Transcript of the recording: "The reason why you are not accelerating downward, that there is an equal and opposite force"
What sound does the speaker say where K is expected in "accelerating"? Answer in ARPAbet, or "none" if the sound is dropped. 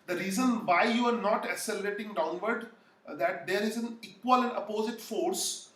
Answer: none